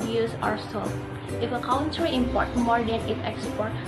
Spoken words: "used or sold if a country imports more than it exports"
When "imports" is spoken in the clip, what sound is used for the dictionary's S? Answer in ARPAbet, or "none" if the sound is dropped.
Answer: none